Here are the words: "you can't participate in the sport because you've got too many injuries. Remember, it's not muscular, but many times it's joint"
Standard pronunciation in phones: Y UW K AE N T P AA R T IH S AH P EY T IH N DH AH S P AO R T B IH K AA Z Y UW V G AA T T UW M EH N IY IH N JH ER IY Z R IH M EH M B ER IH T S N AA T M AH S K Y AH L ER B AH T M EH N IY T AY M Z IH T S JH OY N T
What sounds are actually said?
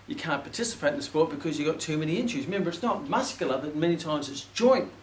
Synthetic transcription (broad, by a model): Y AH K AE N P AA R T IH S AH P EY T IH N DH AH S P AO R T B IH K AA Z Y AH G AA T T UW M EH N IY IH N CH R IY Z M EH M B ER IH T S N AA T M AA S K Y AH L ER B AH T M EH N IY T AY M Z IH T S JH OY N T